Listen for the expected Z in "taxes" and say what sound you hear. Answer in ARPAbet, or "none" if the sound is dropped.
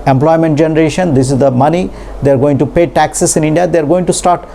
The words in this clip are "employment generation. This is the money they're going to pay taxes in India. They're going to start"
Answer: S